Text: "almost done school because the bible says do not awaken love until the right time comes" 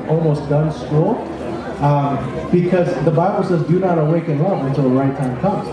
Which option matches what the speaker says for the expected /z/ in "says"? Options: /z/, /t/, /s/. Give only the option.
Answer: /z/